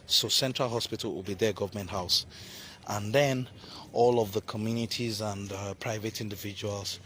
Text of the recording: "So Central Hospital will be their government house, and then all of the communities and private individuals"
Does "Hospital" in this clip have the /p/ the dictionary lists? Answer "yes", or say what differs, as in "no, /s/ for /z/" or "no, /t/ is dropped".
yes